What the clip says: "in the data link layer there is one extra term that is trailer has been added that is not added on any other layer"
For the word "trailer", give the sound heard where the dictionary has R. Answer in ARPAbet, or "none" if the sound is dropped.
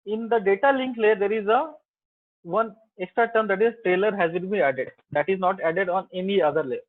R